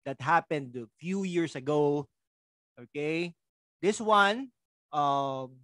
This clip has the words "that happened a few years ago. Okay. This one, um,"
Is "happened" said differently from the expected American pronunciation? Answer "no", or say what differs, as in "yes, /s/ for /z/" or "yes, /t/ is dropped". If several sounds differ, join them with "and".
no